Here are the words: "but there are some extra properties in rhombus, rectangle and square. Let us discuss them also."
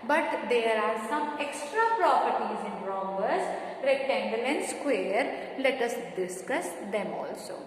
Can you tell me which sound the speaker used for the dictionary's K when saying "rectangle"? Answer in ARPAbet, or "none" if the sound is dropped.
none